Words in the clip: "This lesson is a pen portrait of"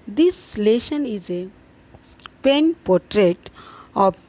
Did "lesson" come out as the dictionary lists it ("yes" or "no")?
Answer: no